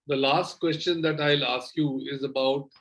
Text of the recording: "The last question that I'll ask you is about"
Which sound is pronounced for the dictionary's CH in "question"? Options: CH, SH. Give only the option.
CH